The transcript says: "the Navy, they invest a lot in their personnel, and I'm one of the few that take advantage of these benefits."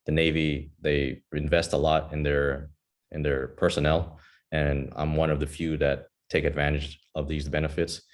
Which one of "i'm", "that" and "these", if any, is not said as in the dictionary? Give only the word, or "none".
none